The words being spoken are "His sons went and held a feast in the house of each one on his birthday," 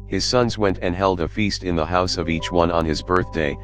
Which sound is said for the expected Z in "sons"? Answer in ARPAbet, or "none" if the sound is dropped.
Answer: Z